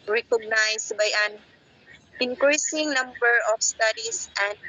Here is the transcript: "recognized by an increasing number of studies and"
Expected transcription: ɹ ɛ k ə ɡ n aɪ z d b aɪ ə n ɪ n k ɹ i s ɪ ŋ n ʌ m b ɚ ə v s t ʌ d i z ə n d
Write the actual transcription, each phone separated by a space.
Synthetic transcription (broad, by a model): ɹ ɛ k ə ɡ n aɪ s b aɪ ə n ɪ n k ɹ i s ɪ ŋ n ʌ m b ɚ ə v s t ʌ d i s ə n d